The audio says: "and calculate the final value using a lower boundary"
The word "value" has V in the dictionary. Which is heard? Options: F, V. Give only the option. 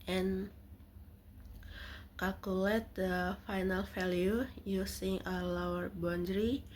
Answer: F